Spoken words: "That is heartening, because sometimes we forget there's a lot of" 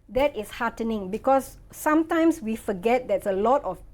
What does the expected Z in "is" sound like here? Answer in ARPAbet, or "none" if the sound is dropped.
S